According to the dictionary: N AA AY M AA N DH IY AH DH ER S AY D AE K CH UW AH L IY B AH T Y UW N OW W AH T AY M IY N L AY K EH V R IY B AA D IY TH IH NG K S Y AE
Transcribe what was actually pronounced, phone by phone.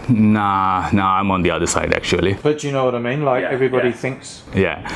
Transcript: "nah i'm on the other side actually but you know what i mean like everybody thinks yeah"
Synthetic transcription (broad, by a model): N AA AY M AA N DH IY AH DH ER S AY D AE K CH UW AH L IY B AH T Y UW N OW W AH T AY M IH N L AY K EH V R IY B AA D IY TH IH NG K S Y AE